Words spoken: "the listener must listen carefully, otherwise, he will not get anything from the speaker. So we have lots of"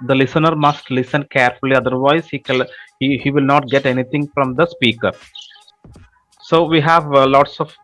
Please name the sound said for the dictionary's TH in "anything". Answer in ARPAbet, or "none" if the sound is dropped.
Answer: T